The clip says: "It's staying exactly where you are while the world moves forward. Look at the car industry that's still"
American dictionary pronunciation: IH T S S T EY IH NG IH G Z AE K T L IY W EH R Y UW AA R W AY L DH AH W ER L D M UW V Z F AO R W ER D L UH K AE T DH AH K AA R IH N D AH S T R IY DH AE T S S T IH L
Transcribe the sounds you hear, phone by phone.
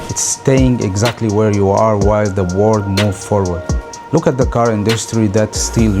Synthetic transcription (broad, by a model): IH T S S T EY IH NG IH G Z AE K T L IY W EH R Y UW AA R W AY L DH AH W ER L D M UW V F AO R W ER D L UH K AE T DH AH K AA R IH N D AH S T R IY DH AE T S S T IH L